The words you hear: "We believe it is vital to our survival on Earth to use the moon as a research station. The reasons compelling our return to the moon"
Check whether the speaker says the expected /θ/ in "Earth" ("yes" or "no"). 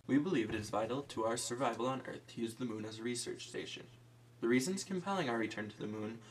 yes